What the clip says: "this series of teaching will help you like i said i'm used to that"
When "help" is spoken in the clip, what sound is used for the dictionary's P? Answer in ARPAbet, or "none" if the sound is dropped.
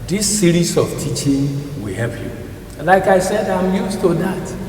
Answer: P